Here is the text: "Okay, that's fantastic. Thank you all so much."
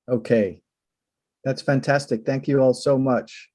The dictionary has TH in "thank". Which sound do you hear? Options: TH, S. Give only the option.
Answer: TH